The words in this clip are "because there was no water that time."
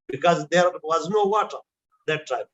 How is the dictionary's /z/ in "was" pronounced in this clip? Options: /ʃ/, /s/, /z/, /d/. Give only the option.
/z/